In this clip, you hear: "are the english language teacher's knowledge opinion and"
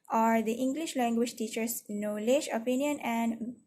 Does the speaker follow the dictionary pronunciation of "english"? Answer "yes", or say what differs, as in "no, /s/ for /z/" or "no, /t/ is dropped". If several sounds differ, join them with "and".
yes